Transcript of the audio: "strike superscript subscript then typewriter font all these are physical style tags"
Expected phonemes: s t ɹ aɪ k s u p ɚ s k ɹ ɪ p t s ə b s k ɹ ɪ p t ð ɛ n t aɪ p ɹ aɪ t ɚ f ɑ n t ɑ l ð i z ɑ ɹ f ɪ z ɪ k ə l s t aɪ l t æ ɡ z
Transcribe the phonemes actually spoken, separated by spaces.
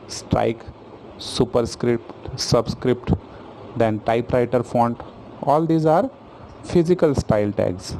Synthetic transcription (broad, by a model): s t ɹ aɪ k s u p ɚ s k ɹ ɪ p t s ə b s k ɹ ɪ p t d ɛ n t aɪ p ɹ aɪ t ɚ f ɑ n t ɑ l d i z ɑ ɹ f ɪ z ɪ k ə l s t aɪ l t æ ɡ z